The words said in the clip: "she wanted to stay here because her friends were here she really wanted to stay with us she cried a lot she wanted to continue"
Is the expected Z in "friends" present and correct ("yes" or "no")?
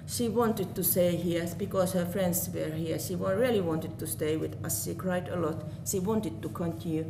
no